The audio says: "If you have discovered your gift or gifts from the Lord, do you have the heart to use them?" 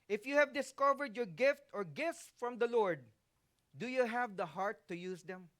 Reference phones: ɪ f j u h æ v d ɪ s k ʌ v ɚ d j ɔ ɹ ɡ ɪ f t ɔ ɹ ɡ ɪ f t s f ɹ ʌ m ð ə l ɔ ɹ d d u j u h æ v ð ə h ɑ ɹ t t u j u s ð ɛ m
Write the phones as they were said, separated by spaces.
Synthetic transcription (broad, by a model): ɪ f j u h æ v d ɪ s k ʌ v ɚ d j ɔ ɹ ɡ ɪ f t ɔ ɹ ɡ ɪ f t s f ɹ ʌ m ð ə l ɔ ɹ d d u j u h æ v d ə h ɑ ɹ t t u j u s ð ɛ m